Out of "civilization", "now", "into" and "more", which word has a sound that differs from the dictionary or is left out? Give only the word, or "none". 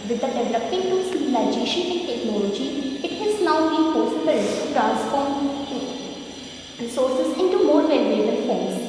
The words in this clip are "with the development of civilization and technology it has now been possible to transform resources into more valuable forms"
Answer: civilization